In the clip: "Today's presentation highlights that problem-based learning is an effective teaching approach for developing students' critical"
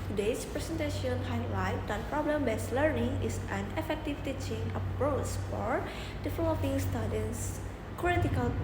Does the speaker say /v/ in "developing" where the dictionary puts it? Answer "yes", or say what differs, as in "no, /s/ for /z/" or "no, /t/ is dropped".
no, /f/ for /v/